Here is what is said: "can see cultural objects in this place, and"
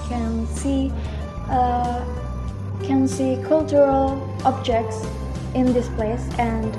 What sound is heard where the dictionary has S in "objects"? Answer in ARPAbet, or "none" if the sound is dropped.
S